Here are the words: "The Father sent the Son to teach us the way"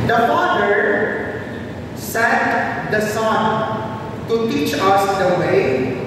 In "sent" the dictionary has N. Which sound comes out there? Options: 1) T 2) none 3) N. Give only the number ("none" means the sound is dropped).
2